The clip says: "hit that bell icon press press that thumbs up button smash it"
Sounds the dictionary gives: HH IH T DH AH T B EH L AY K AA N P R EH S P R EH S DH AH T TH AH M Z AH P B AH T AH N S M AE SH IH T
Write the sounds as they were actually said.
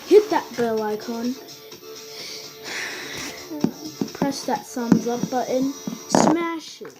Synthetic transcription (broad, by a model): HH IH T DH AH T B EH L AY K AA N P P R EH S DH AH T S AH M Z AH P B AH T AH N S M AE SH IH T